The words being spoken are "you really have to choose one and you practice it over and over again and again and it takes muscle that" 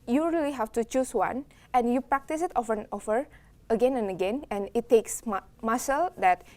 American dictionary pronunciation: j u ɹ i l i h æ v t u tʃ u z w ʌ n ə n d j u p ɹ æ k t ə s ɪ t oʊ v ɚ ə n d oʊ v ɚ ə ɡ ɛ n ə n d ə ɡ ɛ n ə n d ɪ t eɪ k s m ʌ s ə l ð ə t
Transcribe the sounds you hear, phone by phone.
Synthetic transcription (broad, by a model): j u ɹ i l i h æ f t u tʃ u s w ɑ n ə n j u p ɹ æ k t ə s ɪ t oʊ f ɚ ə n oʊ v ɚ ə ɡ ɛ n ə n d ə ɡ ɛ n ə n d ɪ t eɪ k s m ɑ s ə l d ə t